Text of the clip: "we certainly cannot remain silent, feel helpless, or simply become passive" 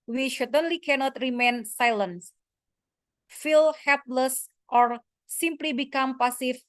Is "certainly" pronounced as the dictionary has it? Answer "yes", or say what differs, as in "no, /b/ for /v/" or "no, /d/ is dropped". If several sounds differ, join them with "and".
no, /ʃ/ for /s/